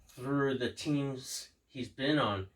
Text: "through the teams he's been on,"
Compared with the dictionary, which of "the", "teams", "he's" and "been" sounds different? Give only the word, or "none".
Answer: none